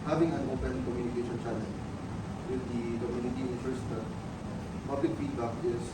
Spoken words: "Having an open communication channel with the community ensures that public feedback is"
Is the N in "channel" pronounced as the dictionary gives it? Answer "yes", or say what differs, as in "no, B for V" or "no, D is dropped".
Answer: no, L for N